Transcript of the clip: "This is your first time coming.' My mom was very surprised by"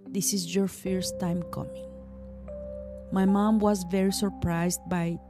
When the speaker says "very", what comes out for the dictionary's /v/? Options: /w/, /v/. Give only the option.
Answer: /v/